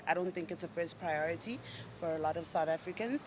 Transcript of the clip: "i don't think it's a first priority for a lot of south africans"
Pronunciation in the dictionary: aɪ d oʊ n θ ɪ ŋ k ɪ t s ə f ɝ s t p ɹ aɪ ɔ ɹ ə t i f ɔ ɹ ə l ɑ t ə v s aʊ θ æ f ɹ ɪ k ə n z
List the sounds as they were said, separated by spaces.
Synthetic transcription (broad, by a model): aɪ d oʊ n θ ɪ ŋ k ɪ t s ə f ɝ s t p ɹ aɪ ɔ ɹ ə t i f ɔ ɹ ə l ɑ t ə v s aʊ θ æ f ɹ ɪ k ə n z